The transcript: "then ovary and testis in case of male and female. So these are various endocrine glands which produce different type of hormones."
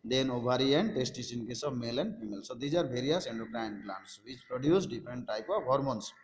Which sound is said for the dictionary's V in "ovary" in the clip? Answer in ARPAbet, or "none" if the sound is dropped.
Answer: B